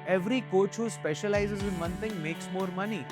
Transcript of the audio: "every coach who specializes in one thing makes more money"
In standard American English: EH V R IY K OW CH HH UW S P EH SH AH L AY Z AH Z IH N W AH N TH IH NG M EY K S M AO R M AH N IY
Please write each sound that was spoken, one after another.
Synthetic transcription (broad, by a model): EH V R IY K OW CH HH UW S P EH SH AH L AY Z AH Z IH N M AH N T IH NG M EY K S M AO R M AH N IY